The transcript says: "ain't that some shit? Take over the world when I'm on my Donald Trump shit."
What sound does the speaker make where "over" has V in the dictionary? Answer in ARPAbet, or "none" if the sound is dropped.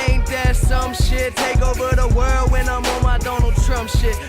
V